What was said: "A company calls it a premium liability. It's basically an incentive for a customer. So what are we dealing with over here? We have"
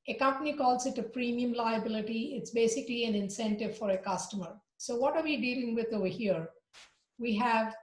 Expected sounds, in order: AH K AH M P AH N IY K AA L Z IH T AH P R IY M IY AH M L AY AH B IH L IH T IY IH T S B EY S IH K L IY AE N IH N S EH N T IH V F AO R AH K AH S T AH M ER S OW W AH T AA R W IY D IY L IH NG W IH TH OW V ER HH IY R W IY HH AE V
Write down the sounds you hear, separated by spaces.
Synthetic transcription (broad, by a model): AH K AH M P AH N IY K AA L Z IH T AH P R IY M IY AH M L AY AH B IH L IH T IY IH T S B EY S IH K L IY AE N IH N S EH N T IH V F AO R AH K AH S T AH M ER S OW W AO T AA R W IY D IY L IH NG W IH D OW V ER HH IY R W IY HH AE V